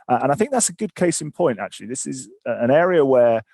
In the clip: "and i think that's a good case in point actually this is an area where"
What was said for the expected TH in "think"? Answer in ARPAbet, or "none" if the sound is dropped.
TH